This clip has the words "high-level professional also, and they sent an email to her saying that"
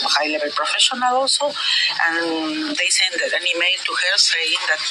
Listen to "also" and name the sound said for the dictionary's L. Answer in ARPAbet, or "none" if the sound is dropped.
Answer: none